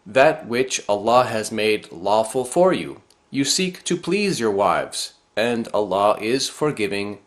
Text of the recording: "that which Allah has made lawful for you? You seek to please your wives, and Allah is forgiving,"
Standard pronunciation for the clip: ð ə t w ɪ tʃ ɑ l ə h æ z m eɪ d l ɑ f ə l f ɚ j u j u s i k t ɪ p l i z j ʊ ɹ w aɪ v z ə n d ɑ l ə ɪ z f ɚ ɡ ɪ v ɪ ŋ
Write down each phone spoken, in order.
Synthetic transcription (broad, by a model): ð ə t w ɪ tʃ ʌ l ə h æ z m eɪ d l ɑ f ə l f ɚ j u j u s i k t ɪ p l i z j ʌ ɹ w aɪ v z ə n d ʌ l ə ɪ z f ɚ ɡ ɪ v ɪ ŋ